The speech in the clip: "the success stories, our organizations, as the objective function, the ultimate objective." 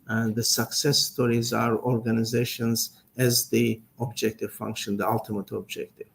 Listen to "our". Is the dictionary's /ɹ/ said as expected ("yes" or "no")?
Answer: yes